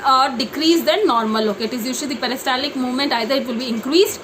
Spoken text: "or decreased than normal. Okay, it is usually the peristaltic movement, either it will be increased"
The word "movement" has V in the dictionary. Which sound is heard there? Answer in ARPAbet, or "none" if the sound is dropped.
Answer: V